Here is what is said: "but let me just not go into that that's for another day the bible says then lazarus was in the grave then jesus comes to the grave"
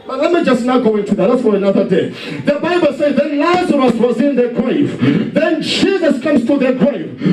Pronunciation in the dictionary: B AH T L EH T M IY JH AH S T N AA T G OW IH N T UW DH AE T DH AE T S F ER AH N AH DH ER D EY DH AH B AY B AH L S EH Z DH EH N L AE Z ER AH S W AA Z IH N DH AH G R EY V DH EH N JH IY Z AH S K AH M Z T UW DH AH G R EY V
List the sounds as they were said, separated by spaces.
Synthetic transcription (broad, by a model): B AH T L EH T M IY JH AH S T N AA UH G OW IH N T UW DH AE T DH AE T S F ER AH N AH DH ER D EY DH AH B AY B AH L S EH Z DH EH N L AE Z ER AH S W AA Z IH N DH AH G R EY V DH EH N JH IY Z AH S K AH M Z T UW DH AH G R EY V